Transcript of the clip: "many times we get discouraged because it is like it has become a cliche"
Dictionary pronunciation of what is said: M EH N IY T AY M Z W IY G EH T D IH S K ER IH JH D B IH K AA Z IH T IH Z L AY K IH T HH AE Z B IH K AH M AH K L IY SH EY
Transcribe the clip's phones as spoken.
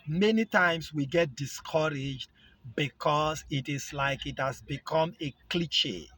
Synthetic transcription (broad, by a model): M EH N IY T AY M S W IY G EH T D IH S K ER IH JH D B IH K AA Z IH T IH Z L AY K IH T HH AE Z B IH K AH M AH K L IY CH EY